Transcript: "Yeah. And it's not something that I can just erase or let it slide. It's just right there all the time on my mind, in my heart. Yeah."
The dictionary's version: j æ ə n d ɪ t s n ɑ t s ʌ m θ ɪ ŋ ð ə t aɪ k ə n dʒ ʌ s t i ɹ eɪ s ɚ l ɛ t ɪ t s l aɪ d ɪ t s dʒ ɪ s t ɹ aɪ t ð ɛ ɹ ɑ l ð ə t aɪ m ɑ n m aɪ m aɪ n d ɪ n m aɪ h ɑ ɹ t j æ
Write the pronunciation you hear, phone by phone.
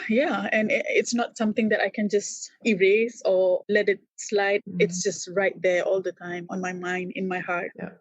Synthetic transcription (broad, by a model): j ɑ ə n ɪ t s n ɑ t s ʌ m t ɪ ŋ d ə t aɪ k ə n dʒ ʌ s t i ɹ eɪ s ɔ l ɛ t ɪ t s l aɪ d ɪ t s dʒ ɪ s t ɹ aɪ t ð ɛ ɑ l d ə t aɪ m ɑ n m aɪ m aɪ n d ɪ n m aɪ h ɑ ɹ t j